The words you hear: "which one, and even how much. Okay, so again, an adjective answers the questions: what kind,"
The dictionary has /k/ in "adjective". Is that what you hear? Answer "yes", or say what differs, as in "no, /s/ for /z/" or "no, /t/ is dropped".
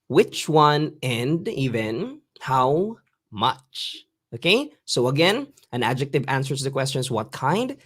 yes